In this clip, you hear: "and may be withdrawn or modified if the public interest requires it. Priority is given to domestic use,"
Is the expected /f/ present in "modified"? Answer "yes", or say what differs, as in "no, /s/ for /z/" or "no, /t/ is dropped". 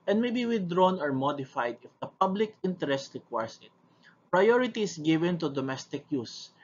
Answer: yes